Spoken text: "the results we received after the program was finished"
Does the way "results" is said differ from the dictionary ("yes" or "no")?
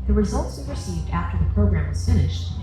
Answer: no